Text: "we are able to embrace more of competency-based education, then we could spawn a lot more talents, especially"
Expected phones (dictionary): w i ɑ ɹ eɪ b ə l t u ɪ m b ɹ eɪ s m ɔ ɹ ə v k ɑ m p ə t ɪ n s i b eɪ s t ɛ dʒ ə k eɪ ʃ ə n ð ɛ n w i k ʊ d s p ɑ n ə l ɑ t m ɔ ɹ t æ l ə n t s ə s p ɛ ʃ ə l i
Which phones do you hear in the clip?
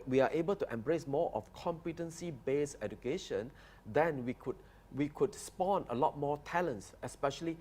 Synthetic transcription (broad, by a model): w i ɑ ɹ eɪ b ə l t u ɪ m b ɹ eɪ s m ɔ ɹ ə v k ɑ m p ə t ɪ n s i b eɪ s ɛ dʒ ə k eɪ ʃ ə n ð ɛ n w i k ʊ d s p ɑ n ə l ɑ t m ɔ t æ l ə n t s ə s p ɛ ʃ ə l i